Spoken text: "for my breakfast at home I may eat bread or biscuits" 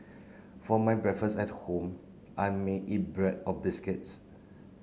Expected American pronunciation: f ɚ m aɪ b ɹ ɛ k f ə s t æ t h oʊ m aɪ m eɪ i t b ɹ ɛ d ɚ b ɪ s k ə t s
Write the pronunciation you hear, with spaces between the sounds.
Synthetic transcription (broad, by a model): f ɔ m aɪ b ɹ ɛ f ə s ɛ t h oʊ m aɪ m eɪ i t b ɹ ɛ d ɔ b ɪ s k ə t s